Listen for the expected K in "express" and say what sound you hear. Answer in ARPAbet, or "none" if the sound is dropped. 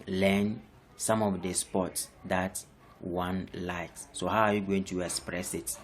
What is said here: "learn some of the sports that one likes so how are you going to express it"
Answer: K